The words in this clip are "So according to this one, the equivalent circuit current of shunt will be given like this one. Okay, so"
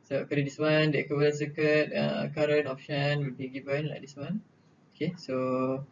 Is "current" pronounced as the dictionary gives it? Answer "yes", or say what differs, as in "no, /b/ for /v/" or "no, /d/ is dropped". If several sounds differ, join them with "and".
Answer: no, /t/ is dropped